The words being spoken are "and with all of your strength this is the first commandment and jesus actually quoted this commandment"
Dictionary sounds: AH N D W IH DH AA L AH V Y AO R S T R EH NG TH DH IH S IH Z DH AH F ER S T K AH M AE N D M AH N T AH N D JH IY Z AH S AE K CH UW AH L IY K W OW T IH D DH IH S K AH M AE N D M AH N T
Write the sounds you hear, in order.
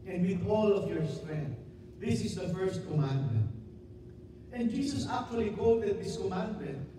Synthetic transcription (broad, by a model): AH N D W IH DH AA L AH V Y AO R S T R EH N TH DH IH S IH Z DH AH F ER S T K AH M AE N D M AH N T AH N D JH IY S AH S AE K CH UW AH L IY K OW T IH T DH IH S K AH M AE N D M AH N T